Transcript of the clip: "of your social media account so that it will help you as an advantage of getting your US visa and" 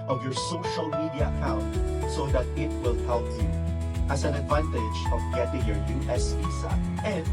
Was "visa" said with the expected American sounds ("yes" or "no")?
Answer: no